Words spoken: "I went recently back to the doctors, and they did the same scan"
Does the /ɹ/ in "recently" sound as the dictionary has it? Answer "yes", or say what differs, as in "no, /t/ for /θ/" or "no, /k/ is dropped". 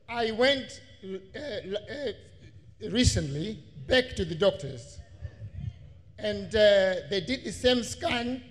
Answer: yes